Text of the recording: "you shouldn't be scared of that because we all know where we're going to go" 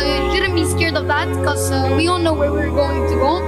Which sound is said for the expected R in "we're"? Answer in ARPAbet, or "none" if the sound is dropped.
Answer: R